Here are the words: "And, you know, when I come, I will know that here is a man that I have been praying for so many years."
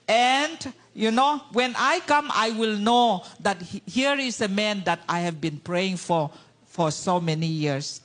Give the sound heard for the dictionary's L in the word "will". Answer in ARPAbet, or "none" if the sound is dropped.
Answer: L